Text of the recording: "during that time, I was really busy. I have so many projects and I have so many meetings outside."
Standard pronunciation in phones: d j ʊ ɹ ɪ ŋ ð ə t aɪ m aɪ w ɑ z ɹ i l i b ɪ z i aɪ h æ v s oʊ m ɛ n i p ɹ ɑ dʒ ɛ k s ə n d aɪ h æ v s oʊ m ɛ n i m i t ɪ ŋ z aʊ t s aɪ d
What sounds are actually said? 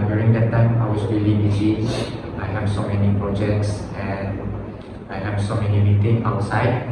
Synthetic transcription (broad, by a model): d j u ɹ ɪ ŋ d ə t aɪ m aɪ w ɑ s ɹ i l i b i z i aɪ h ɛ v s oʊ m ɛ n i p ɹ ɑ dʒ ɛ k s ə n aɪ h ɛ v s oʊ m ɛ n i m i t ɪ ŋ aʊ t s aɪ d